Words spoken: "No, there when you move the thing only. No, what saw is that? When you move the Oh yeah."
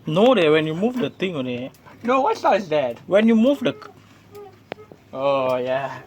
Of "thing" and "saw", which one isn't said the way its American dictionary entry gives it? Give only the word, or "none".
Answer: thing